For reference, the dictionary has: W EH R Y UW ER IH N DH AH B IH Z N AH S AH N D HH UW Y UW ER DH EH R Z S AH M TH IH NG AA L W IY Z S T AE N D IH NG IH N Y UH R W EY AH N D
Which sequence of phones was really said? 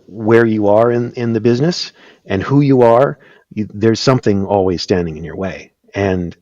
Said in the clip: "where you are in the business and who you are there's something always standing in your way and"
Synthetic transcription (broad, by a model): W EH R Y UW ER IH N DH AH B IH Z N AH S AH N HH UW Y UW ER DH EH R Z S AH M TH IH NG AA L W IY Z S T AE N D IH NG IH N Y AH R W EY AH N